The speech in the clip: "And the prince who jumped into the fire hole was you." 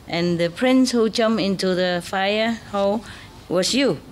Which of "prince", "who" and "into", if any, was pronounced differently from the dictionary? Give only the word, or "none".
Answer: none